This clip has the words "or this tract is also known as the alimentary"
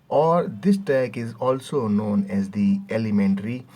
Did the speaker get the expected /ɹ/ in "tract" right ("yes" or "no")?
no